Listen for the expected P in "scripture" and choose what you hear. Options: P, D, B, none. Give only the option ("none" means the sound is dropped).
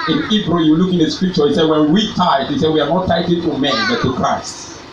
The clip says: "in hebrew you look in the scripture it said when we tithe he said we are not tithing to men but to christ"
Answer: P